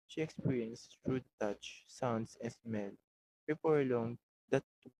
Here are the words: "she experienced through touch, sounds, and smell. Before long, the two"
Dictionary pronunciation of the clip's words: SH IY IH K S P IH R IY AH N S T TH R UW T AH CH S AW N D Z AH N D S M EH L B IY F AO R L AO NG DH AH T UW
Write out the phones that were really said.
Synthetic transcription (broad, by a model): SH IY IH K S P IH R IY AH N S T R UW T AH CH S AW N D S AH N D S M EH L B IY P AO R L AO NG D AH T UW